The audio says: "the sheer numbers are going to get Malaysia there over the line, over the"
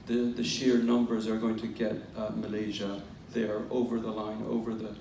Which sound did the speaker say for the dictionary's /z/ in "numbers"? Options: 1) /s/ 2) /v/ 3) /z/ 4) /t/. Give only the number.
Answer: 3